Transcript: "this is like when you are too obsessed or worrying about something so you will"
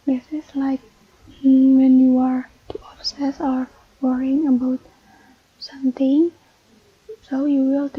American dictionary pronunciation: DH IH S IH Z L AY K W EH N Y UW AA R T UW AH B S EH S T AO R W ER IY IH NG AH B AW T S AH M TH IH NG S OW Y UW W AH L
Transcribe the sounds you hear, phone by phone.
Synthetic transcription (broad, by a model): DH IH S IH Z L AY K W EH N Y UW AA R T UW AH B S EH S AO R W ER IY IH NG AH B AW T S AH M T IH NG S OW Y UW W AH L